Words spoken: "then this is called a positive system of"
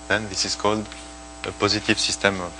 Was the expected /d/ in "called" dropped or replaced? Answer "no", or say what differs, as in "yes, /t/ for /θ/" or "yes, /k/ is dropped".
no